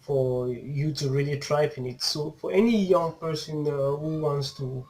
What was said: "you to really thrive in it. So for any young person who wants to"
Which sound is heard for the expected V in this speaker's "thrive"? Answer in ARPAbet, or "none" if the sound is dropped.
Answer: P